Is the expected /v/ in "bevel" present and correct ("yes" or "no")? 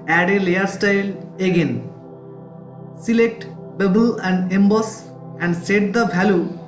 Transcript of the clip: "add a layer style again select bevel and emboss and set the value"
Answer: no